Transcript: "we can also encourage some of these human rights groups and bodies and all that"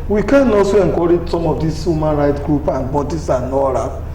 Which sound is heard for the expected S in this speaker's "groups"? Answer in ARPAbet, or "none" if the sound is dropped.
none